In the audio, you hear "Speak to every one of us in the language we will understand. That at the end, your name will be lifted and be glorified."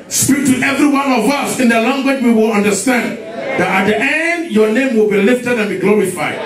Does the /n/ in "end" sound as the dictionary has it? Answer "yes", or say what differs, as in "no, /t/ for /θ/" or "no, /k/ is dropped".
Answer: yes